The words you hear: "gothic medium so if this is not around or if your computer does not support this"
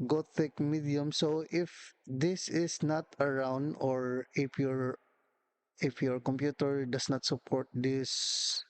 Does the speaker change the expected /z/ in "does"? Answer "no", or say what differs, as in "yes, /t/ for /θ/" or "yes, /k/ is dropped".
yes, /s/ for /z/